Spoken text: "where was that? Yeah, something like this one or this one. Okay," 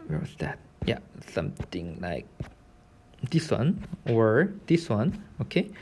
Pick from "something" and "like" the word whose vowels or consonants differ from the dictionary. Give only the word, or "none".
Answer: something